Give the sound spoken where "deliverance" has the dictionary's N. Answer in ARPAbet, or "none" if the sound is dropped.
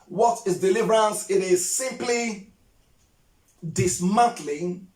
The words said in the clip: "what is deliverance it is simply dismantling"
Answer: N